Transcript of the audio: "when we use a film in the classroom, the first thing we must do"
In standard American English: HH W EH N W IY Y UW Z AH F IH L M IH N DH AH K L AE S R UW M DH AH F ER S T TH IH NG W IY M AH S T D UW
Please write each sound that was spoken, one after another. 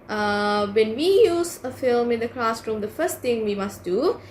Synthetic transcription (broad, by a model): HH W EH N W IY Y UW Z AH F IH L M IH N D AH K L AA S R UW M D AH F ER S T T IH NG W IY M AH S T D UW